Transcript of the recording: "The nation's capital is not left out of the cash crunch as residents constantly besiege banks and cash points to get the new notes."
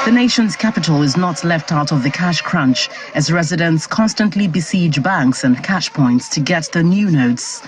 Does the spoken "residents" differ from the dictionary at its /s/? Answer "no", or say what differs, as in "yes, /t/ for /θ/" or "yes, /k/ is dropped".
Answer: no